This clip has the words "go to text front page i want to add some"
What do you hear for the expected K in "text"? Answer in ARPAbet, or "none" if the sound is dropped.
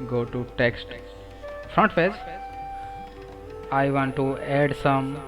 K